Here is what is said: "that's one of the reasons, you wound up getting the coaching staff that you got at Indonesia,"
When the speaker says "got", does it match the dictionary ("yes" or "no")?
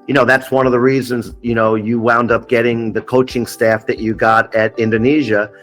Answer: yes